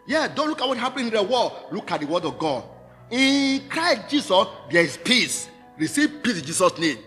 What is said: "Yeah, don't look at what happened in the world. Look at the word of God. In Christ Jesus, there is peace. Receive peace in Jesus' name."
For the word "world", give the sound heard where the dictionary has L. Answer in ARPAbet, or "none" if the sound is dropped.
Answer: none